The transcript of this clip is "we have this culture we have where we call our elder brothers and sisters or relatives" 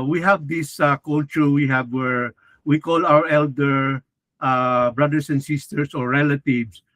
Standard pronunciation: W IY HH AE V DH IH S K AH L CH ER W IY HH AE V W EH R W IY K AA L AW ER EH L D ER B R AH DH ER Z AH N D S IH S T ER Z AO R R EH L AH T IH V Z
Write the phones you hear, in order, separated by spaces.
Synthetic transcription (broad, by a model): W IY HH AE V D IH S K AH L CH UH W IY HH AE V W EH R W IY K AA L AW ER EH L D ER B R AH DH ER S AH N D S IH S T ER S AO R R EH L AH T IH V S